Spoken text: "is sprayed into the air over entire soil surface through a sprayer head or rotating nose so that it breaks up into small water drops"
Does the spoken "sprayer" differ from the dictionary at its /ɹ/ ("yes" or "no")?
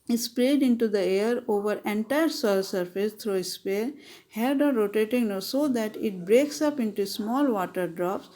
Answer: yes